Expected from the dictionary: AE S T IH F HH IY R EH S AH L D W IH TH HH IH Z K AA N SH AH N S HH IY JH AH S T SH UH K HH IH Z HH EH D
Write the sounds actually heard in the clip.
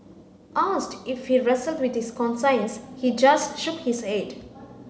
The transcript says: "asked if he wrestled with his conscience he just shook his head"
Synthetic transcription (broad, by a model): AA S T IH F HH IY R EH S AH L D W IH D HH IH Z K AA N S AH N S HH IY JH AH S T SH UH K HH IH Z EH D